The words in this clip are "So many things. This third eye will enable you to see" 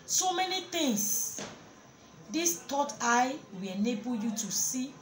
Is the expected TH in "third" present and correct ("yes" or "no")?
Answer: no